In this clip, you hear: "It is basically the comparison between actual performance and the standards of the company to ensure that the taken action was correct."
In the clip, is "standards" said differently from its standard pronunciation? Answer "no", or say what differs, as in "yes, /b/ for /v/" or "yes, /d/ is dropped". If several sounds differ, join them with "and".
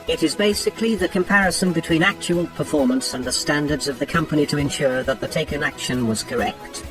no